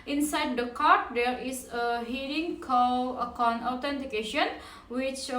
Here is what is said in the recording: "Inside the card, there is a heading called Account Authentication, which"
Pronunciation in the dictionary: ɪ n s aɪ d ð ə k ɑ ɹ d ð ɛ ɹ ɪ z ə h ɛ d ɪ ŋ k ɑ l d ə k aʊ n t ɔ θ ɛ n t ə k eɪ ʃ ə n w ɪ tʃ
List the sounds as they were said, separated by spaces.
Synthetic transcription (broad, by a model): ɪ n s aɪ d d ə k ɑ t d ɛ ɹ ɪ s ə h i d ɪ ŋ k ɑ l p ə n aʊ t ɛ n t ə k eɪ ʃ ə n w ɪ tʃ